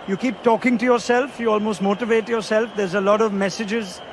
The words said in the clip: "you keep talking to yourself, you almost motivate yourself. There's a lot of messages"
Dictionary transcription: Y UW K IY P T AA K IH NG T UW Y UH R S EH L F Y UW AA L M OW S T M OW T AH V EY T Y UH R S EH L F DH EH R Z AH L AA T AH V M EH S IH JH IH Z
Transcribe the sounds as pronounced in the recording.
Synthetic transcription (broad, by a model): Y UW K IY P T AA K IH NG T UW Y UH R S EH L F Y UW AA L M OW S T M OW T AH V EY T Y UH R S EH L F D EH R Z AH L AA T AH V M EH S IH JH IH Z